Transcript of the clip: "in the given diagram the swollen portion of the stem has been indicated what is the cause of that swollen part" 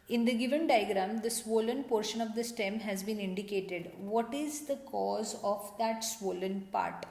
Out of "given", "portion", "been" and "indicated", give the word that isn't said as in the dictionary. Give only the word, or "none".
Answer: none